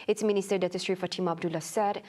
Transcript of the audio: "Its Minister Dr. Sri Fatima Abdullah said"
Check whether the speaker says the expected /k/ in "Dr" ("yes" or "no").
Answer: no